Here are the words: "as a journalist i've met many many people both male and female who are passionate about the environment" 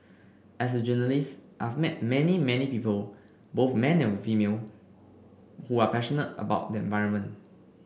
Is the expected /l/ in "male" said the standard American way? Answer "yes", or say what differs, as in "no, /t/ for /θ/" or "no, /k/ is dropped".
no, /n/ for /l/